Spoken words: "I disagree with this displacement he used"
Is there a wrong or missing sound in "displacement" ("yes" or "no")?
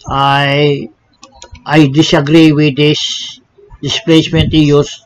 no